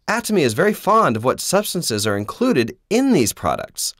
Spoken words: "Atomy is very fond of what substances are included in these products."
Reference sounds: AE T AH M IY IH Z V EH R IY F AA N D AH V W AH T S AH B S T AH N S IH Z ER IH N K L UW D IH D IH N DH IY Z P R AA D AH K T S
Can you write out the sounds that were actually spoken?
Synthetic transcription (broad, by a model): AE T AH M IY IH Z V EH R IY F AA N D AH V W AH T S AH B S T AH N S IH Z ER IH N K L UW D IH D IH N DH IY Z P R AA D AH K T S